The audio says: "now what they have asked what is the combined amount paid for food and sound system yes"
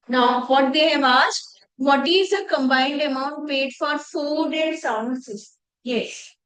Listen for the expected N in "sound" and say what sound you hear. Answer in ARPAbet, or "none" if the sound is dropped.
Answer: none